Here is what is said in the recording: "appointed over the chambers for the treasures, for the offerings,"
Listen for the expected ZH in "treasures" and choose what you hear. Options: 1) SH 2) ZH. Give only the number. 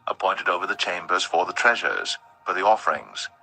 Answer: 2